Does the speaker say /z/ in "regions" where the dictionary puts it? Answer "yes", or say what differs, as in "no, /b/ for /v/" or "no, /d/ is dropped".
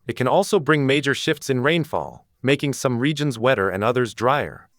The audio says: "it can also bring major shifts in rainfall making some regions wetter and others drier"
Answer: yes